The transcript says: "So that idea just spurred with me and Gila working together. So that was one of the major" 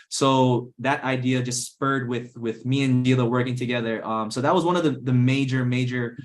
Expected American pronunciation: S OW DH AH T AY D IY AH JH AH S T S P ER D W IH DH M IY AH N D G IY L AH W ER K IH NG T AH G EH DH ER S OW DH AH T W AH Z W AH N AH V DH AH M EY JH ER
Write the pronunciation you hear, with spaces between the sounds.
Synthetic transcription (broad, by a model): S OW DH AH T AY D IY AH JH AH S T S P ER D W IH DH M IY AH N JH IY L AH W ER K IH NG T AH G EH DH ER S OW DH AH T W AH Z W AH N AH V DH AH M EY JH ER